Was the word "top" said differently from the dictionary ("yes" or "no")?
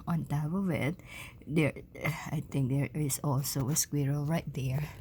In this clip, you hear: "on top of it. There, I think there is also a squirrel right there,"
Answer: yes